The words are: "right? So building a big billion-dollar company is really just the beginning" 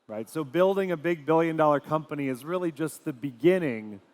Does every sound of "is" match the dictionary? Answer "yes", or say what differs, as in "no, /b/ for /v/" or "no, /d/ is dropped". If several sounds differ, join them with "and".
yes